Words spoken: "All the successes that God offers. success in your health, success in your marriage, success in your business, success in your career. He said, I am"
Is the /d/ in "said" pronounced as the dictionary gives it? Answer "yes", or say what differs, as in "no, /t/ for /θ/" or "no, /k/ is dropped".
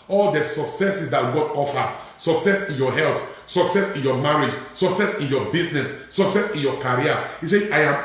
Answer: no, /d/ is dropped